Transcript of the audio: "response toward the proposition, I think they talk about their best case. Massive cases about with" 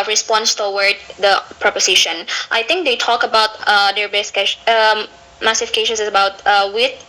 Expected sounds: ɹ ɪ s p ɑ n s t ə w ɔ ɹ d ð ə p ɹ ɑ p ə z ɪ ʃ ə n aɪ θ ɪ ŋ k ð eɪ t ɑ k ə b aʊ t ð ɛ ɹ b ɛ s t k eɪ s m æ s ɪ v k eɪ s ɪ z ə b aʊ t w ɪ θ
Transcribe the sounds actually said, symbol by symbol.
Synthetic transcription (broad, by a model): ɹ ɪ s p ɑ n s t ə w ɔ ɹ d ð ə p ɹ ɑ p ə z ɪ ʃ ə n aɪ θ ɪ ŋ k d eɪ t ɑ k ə b aʊ t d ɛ ɹ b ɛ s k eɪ m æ s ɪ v k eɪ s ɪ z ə b aʊ t w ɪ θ